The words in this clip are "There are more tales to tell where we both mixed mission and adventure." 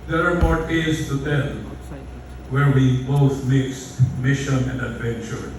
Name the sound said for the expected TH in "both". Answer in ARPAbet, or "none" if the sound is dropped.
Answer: S